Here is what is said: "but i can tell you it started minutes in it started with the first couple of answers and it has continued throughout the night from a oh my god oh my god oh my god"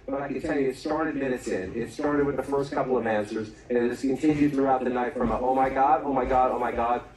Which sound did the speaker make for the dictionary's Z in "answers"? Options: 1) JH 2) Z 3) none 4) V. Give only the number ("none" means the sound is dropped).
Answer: 2